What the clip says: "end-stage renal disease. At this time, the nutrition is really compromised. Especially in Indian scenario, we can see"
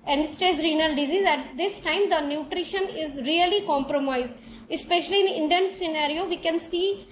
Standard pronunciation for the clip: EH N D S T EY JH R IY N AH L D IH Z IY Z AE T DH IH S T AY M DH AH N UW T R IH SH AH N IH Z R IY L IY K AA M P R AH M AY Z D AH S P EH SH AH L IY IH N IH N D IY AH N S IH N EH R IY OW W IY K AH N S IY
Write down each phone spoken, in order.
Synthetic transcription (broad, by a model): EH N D S T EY Z R IY N AH L D IH Z IY Z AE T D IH S T AY M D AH N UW T R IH SH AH N IH Z R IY L IY K AA M P R AH M AY Z D AH S P EH SH AH L IY IH N IH N D IY AH N S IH N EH R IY OW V IY K AH N S IY